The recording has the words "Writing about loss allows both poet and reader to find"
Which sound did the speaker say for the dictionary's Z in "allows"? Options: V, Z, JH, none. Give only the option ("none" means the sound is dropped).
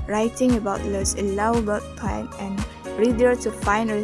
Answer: none